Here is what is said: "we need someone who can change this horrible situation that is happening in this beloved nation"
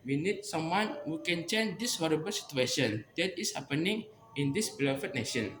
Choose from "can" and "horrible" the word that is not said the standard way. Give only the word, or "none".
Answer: none